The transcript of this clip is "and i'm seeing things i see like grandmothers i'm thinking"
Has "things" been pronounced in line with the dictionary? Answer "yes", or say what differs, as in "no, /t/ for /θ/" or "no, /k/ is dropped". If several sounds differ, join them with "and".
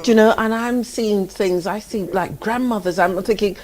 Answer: yes